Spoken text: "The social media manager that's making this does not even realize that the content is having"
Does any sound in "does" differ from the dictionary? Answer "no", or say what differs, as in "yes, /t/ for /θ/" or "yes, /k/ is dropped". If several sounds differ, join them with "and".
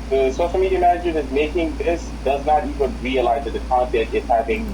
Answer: no